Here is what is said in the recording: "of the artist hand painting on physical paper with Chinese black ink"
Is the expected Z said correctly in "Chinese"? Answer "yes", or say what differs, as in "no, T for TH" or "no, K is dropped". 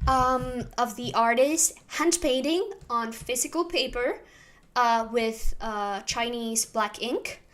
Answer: yes